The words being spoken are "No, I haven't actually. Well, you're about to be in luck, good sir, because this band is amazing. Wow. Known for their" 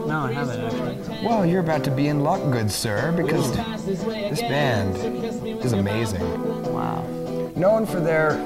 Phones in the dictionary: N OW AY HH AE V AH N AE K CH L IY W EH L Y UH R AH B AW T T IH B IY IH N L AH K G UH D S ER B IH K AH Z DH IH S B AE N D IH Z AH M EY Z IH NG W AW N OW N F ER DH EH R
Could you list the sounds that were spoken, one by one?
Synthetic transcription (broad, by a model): N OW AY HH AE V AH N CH W EH L Y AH R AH B AW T T IH B IY IH N L AH K G UH D S ER B IH K AH Z DH IH S B AE N D IH Z AH M EY Z IH NG W AW N OW N F ER DH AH R